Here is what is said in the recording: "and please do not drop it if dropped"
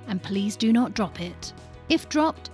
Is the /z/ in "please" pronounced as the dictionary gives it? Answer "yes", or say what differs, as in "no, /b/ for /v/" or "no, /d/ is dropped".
yes